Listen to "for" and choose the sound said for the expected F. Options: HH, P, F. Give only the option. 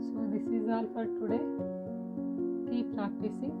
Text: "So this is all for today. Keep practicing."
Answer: P